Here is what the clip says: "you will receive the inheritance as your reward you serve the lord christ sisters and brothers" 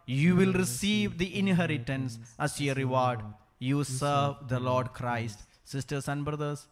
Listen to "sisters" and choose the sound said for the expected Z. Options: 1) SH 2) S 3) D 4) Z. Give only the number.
2